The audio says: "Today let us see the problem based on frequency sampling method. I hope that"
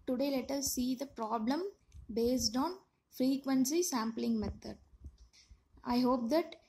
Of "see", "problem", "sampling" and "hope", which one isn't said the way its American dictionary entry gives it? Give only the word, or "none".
none